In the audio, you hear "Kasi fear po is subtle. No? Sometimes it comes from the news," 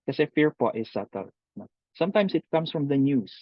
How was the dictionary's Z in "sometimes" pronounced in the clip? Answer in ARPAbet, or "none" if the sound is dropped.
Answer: S